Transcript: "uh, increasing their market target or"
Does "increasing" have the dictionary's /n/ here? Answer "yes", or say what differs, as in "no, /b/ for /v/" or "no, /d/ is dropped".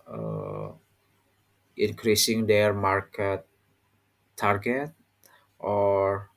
yes